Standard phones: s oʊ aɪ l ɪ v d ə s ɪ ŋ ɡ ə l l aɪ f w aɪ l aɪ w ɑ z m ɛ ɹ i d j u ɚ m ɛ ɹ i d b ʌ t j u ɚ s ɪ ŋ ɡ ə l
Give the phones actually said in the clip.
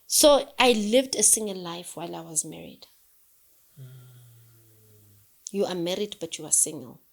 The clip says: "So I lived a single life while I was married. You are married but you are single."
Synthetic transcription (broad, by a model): s oʊ aɪ l ɪ v d ə s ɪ ŋ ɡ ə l l aɪ f w aɪ l aɪ w ɑ z m ɛ ɹ i d j u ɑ m ɛ ɹ i d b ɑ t j u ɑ s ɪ ŋ ɡ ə l